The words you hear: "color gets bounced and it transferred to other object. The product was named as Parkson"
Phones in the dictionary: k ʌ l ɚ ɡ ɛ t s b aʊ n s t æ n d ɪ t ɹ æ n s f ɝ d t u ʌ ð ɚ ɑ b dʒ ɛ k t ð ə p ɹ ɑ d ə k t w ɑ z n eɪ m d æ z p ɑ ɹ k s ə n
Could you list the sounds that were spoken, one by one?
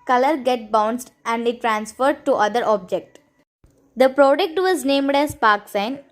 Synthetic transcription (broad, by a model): k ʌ l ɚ ɡ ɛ t b aʊ n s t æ n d ɪ t ɹ æ n s f ɝ d t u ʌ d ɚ ɑ b dʒ ɛ k t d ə p ɹ ɑ d ə k t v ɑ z n eɪ m d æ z p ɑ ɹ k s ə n